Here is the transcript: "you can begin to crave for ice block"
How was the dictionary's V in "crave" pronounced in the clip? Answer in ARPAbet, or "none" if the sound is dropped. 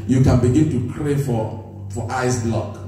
F